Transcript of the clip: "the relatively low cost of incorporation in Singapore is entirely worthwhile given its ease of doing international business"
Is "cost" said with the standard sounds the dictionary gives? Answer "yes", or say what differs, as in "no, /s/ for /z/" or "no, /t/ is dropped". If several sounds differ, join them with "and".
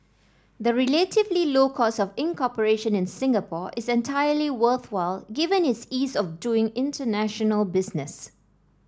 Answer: no, /t/ is dropped